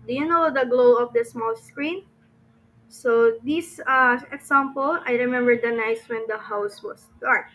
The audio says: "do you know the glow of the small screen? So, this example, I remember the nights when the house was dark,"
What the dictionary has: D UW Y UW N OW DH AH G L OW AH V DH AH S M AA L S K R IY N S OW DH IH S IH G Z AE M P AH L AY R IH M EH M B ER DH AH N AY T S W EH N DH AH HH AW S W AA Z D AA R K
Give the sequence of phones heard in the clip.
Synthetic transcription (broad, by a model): D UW Y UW N OW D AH G L OW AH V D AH S M AA L S K R IY N S OW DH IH S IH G S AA M P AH L AY R IH M EH M B ER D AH N AY S W EH N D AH HH AW S W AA S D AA R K